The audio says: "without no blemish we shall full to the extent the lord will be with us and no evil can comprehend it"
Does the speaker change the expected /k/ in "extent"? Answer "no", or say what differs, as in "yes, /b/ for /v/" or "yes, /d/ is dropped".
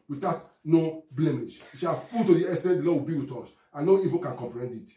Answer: yes, /k/ is dropped